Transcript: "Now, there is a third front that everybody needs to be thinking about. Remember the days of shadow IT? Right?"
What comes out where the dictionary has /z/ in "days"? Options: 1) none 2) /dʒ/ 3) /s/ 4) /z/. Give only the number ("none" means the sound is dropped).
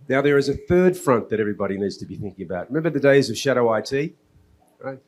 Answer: 4